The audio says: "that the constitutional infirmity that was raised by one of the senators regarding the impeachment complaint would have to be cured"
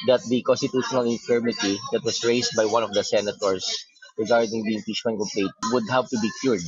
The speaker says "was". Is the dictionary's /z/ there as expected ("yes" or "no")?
no